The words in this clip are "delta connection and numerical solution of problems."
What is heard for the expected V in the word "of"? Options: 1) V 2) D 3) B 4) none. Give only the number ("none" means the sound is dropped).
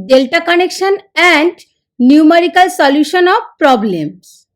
3